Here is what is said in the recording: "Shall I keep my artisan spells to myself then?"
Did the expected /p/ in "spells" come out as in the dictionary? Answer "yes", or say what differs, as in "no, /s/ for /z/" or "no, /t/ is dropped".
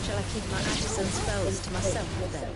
no, /f/ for /p/